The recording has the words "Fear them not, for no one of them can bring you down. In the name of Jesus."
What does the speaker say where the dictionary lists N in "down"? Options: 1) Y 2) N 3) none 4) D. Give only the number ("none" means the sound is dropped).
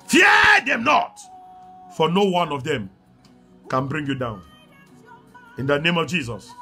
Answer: 2